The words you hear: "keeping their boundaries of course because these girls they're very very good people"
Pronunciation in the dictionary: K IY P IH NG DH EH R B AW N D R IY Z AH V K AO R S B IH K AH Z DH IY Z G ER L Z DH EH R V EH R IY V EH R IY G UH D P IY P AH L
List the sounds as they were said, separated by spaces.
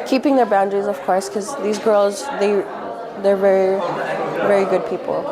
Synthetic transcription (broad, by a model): K IY P IH NG DH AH R B AW N D R IY Z AH V K AO R S K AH Z DH IY Z G ER L Z DH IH R V EH R IY V EH R IY G UH D P IY P L